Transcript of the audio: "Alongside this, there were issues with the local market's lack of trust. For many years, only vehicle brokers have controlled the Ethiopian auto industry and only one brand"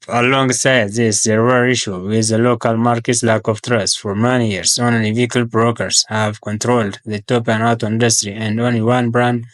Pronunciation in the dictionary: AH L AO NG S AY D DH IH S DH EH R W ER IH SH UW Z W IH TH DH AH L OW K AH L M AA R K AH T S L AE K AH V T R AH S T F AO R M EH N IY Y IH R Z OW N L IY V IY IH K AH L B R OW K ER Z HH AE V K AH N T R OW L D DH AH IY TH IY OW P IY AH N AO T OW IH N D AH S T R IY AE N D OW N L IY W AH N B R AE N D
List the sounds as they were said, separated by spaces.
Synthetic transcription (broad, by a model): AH L AO NG S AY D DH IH S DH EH R W ER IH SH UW W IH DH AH L OW K AH L M AA R K AH T S L AE K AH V T R AH S T F AO R M EH N IY Y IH R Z OW N L IY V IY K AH L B R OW K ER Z HH AE V K AH N T R OW L D DH AH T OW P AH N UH T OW IH N D AH S T R IY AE N D OW N L IY W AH N B R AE N D